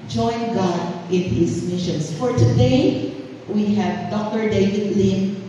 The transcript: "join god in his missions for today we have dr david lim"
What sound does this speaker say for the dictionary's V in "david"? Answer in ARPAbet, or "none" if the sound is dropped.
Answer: V